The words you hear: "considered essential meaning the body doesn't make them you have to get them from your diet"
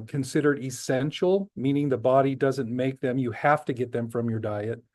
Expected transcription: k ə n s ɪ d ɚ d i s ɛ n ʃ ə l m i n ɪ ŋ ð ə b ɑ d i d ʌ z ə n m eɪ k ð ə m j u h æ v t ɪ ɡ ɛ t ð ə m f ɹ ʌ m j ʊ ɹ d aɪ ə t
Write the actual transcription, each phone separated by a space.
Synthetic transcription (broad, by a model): k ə n s ɪ d ɚ d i s ɛ n ʃ l m i n ɪ ŋ ð ə b ɑ d i d ʌ z ə n m eɪ k ð ə m j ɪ h æ f t ɪ ɡ ɛ t ð ə m f ɹ ʌ m j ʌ ɹ d aɪ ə t